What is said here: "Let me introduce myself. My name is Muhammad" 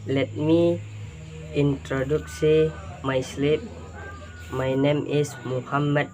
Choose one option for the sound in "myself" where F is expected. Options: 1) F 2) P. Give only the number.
2